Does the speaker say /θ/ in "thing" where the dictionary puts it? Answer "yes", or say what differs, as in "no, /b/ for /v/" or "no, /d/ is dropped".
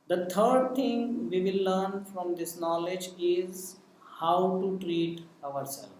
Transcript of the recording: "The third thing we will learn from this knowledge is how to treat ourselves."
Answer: no, /t/ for /θ/